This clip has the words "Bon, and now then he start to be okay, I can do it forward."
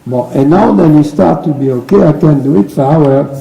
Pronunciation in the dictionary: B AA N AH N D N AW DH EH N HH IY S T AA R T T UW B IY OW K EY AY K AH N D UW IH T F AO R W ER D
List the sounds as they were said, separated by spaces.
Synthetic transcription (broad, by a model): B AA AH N N AW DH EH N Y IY S T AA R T T UW B IY OW K EY AY K AH N D UW IH T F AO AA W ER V